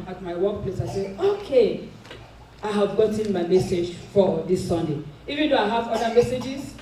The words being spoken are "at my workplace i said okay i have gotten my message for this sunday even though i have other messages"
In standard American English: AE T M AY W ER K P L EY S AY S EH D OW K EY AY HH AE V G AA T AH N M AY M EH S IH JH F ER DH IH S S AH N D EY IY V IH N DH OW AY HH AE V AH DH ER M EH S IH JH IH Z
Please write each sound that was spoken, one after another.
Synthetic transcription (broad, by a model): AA T M AY W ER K P L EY S AY S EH OW K EY AY HH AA V G AA T AH N M AY M EH S IH JH F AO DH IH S S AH N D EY IY V IH N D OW AY HH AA V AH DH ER M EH S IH JH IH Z